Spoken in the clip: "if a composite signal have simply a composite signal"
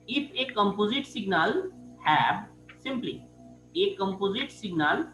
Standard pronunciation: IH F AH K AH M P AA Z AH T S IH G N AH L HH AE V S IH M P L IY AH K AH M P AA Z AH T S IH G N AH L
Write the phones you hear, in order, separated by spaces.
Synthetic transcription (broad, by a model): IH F AH K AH M P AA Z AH T S IH G N AH L HH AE B S IH M P L IY AH K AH M P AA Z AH T S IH G N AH L